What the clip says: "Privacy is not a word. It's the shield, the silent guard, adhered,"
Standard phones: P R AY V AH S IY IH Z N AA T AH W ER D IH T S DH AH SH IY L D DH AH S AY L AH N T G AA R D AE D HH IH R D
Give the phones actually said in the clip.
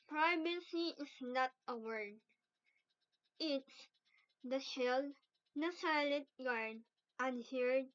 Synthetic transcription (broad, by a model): P R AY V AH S IY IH S N AA T AH W ER D IH T S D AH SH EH L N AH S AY L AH T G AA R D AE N HH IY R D